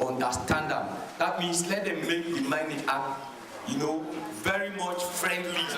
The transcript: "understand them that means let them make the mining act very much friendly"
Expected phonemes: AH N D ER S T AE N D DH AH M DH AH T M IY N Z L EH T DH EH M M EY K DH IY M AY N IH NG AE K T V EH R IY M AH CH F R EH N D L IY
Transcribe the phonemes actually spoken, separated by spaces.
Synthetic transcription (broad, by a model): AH N D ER S T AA N D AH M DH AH T M IY N S L EH T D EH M M EY K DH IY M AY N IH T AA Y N V EH R IY M AH CH F R EH N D L IY